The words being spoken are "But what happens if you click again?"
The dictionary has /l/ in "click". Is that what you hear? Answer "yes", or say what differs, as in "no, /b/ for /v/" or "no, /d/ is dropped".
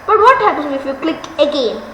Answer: yes